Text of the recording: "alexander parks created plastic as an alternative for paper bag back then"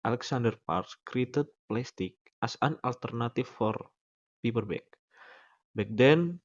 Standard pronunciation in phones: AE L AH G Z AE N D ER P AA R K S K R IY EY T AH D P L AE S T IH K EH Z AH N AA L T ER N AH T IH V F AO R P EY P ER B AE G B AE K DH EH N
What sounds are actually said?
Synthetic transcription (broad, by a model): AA L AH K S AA N D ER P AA R S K R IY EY T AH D P L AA S T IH K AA S AH N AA L T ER N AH T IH F AO R P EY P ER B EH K B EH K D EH N